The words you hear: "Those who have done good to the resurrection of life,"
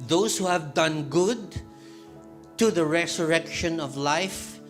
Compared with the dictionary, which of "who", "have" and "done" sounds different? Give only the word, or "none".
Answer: none